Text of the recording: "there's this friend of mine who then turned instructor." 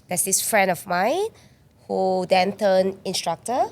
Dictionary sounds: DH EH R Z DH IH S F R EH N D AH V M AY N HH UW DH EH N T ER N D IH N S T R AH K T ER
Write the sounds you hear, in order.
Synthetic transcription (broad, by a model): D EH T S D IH S F R EH N D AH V M AY N HH UW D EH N T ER N IH N S T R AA K T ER